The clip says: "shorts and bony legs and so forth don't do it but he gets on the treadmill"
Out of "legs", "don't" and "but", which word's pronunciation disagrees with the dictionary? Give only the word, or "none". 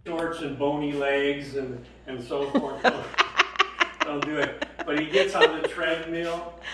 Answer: none